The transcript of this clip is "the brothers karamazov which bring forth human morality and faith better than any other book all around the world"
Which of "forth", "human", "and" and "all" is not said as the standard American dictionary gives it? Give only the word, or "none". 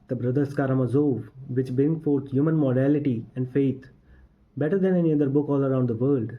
forth